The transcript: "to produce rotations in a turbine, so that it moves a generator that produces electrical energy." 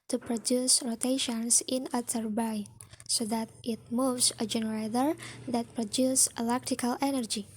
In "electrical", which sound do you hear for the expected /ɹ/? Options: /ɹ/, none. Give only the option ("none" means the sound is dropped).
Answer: none